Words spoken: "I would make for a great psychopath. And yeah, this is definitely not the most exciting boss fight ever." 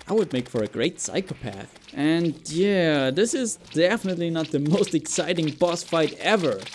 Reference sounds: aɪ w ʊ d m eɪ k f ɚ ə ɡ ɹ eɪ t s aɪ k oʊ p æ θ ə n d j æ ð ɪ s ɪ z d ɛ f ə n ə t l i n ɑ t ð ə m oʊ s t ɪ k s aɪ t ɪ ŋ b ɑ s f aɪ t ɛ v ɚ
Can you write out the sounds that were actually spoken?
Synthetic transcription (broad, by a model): aɪ w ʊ d m eɪ k f ɚ ə ɡ ɹ eɪ t s aɪ k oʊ p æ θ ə n j æ ð ɪ s ɪ z d ɛ f ə n ə t l i n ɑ t ð ə m oʊ s t ɪ k s aɪ t ɪ ŋ b ɑ s f aɪ t ɛ v ɚ